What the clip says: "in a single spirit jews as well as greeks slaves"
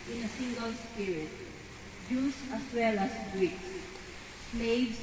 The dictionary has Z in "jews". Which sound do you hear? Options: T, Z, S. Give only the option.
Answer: S